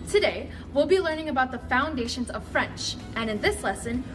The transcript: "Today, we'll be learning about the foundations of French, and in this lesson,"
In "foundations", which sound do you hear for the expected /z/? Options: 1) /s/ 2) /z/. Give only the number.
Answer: 2